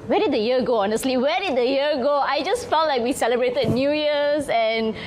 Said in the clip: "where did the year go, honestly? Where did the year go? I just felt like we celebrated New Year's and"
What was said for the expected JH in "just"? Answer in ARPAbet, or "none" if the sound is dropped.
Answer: JH